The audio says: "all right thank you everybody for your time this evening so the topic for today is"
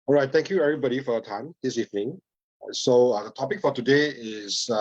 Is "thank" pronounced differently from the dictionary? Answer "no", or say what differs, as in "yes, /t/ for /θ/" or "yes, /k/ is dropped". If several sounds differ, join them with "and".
yes, /t/ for /θ/